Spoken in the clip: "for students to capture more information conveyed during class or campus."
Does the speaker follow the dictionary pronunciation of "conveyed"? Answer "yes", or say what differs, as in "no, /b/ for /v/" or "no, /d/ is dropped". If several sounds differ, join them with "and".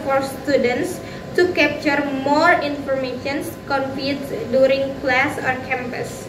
no, /p/ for /v/